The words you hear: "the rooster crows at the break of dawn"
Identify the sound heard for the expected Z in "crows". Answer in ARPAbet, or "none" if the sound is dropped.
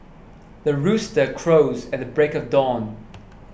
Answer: Z